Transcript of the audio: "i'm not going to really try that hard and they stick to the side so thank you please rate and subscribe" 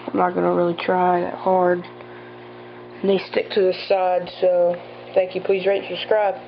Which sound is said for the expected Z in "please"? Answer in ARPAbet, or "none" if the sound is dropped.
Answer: Z